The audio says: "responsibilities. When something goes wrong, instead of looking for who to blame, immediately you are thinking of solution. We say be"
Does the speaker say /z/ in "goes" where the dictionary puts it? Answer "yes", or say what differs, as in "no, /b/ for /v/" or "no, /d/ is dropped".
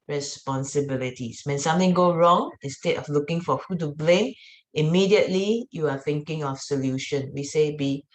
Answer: no, /z/ is dropped